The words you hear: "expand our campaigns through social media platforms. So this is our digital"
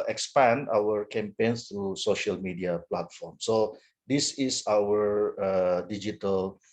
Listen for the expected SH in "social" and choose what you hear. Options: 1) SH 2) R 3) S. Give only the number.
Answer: 1